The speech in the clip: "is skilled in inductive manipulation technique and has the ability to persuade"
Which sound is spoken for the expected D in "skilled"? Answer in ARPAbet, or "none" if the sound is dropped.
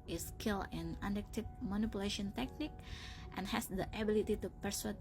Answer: none